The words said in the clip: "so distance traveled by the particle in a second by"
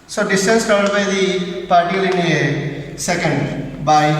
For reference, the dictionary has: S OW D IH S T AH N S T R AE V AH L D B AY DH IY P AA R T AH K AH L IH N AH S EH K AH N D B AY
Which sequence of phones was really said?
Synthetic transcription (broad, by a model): S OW D IH S T AH N S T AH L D B AY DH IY P AA R T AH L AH N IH AH S EH K AH N D B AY